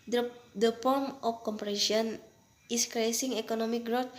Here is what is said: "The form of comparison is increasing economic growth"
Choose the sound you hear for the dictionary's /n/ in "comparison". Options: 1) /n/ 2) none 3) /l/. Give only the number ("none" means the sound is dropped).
2